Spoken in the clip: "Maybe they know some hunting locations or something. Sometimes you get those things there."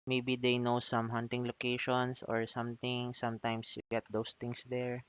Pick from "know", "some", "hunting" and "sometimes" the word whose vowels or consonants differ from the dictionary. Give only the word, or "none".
sometimes